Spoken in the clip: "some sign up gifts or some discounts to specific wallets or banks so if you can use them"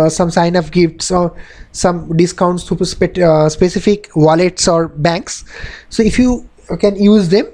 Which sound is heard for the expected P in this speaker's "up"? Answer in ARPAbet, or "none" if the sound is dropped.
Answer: F